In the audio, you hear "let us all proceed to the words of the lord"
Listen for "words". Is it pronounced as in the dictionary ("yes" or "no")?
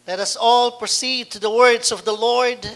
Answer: yes